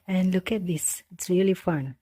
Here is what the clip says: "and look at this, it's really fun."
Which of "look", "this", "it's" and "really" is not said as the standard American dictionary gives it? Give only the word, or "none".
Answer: none